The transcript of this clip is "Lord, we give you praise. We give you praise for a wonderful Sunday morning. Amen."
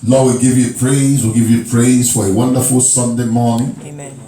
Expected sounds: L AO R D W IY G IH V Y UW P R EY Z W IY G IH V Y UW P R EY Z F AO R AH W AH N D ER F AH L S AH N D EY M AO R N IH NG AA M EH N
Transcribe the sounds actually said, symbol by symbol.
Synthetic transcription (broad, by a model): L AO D W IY G IH V Y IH P R EY Z W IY G IH V Y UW P R EY Z F AO R AH W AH N D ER F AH L S AH N D EY M AO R N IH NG